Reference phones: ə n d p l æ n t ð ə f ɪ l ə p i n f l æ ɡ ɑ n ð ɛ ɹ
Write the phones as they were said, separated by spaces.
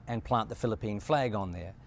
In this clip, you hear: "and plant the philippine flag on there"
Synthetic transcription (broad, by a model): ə n p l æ n ð ə f ɪ l ə p i n f l æ ɡ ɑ n ð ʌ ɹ